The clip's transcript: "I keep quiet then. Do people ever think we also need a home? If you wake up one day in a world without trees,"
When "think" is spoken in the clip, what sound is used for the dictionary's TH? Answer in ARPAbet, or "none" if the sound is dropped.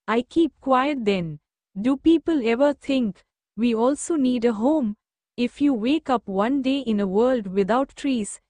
T